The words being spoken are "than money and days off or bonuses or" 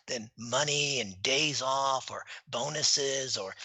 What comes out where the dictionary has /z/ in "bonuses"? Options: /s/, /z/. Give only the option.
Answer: /z/